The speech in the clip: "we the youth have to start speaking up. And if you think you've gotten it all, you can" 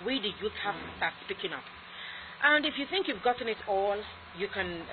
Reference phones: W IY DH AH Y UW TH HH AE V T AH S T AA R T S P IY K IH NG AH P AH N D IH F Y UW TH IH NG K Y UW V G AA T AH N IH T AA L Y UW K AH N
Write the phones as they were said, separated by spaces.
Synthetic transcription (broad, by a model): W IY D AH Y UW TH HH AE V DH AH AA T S P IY K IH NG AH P AH N D IH F Y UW TH IH NG K Y UW V G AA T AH N IH T AA L Y UW K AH N